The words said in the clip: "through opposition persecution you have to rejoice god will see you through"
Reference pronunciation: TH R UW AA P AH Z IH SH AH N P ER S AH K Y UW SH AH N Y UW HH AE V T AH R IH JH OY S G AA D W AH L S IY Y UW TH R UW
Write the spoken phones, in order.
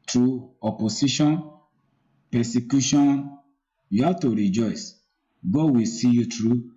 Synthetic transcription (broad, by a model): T R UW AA P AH S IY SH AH N P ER S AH K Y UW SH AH N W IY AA T AH R IH JH OY S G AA W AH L S IY Y UW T R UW